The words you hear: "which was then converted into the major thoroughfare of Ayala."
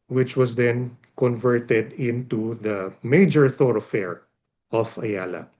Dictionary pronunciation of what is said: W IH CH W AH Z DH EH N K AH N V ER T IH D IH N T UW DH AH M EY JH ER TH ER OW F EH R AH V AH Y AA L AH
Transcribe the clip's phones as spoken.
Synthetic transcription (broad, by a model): W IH CH W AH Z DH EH N K AH N V ER T IH D IH N T UW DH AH M EY JH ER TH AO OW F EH R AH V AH Y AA L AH